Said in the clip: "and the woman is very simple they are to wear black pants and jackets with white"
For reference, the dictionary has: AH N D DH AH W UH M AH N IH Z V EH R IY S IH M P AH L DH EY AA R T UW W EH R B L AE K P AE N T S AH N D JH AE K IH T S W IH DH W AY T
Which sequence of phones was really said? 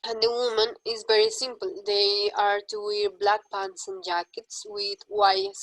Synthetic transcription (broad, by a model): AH N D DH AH W UH M AH N IH Z V EH R IY S IH M P AH L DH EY AA R T UW W EH R B L AE K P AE N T S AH N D JH AE K IH T S W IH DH W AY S